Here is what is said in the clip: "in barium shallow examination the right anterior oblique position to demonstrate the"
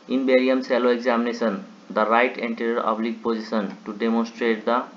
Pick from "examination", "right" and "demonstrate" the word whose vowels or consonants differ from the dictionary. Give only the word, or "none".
examination